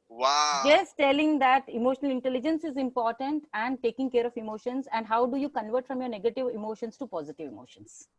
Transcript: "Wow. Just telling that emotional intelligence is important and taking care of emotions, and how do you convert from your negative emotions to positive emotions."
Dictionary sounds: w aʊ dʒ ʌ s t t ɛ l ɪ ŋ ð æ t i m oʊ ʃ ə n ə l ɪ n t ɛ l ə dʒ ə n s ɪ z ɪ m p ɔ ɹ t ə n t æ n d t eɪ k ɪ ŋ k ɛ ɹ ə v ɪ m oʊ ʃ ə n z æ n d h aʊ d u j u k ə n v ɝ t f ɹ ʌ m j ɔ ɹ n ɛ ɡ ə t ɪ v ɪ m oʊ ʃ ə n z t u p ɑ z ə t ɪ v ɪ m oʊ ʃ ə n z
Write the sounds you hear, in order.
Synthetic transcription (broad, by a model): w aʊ dʒ ʌ s t t ɛ l ɪ ŋ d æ t i m oʊ ʃ ə n ə l ɪ n t ɛ l ə dʒ ə n s ɪ z ɪ m p ɔ ɹ t ə n t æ n d t eɪ k ɪ ŋ k ɛ ɹ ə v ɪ m oʊ ʃ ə n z æ n d h aʊ d u j u k ə n v ɝ t f ɹ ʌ m j ɔ ɹ n ɛ ɡ ə t ɪ v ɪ m oʊ ʃ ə n s t u p ɑ z ə t ɪ v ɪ m oʊ ʃ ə n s